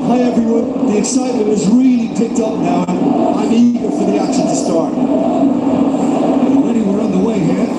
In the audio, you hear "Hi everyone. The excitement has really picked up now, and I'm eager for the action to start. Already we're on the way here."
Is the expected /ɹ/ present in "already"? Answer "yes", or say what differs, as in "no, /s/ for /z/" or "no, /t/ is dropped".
no, /ɹ/ is dropped